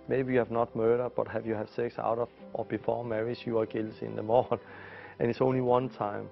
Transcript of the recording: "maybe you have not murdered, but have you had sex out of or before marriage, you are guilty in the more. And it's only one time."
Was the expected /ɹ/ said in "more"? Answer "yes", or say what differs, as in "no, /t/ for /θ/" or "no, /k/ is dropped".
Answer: no, /l/ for /ɹ/